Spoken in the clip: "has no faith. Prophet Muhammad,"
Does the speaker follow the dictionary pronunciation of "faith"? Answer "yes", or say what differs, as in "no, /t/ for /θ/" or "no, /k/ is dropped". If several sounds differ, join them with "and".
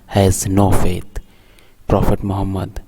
no, /t/ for /θ/